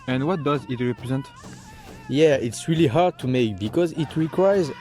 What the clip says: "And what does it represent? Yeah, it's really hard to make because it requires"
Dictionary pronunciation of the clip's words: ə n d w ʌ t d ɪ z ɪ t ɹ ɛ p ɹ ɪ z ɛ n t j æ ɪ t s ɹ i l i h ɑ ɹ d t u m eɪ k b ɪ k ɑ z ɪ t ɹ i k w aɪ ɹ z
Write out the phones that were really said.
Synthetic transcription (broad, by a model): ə n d w ʌ t d ɪ z ɪ t ɹ ɛ p ɹ ɪ z ɛ n t j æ ɪ t s ɹ i l i h ɑ ɹ d t u m eɪ k b ɪ k ɑ z ɪ t ɹ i k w aɪ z